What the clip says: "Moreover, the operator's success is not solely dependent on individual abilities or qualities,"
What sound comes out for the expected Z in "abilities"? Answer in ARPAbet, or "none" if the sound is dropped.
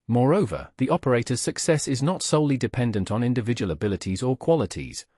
Z